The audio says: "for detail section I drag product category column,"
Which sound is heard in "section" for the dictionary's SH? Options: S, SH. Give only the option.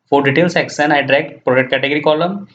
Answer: S